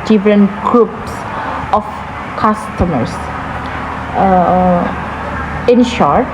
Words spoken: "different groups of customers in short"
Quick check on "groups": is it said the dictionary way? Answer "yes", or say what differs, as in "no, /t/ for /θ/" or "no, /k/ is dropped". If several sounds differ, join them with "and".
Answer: yes